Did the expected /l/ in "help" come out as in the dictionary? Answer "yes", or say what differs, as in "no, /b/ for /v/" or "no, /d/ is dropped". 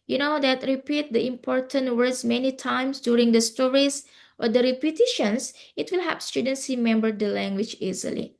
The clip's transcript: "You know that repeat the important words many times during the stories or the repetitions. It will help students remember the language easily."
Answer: no, /l/ is dropped